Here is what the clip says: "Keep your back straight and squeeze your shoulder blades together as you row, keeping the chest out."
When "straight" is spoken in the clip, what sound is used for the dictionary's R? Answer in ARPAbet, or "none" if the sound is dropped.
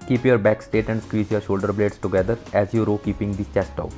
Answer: none